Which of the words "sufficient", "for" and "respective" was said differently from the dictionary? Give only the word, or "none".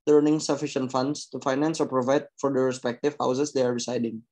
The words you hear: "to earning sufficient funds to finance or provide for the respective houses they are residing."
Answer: none